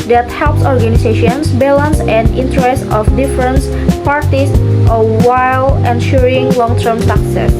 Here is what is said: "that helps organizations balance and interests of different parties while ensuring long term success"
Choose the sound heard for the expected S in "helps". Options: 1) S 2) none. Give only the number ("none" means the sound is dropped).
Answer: 1